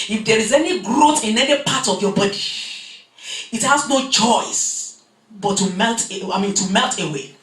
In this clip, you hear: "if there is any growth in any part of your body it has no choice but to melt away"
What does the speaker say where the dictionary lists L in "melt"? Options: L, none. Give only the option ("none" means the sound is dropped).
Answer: L